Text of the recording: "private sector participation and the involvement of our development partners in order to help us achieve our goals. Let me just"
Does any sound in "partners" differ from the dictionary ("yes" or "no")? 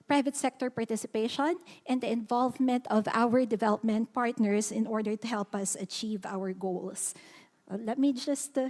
yes